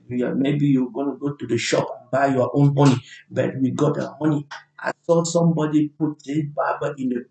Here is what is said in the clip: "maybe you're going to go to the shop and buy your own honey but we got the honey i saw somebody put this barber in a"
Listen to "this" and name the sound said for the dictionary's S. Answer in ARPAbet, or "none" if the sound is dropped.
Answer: none